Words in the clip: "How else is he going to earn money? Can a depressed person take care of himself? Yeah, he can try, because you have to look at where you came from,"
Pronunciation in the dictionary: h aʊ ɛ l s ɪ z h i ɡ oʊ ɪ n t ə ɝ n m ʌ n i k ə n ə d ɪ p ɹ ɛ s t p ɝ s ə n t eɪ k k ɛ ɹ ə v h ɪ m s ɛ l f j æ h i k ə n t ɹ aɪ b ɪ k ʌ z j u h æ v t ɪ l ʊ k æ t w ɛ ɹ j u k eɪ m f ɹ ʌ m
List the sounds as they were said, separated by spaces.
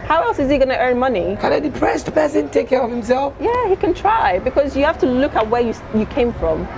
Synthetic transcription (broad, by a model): h aʊ ɛ l s ɪ z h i ɡ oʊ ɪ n t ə ɝ n m ʌ n i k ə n ə d ɪ p ɹ ɛ s t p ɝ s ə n t eɪ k k ɛ ɹ ə v h ɪ m s ɛ l f j æ h i k ə n t ɹ aɪ b ɪ k ʌ z j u h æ f t ɪ l ʊ k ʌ t w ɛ ɹ j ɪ k eɪ m f ɹ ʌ m